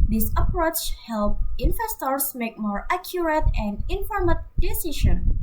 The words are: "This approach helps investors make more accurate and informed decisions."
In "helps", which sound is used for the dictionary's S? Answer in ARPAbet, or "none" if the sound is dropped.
none